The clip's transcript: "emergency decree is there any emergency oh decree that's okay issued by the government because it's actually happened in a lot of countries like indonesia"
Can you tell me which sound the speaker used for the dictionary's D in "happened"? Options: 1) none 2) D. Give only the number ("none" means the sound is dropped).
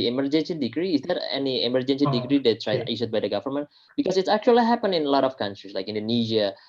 1